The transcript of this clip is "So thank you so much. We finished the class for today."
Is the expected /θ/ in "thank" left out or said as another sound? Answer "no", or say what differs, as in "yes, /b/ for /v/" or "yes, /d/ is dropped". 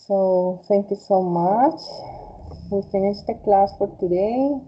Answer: yes, /t/ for /θ/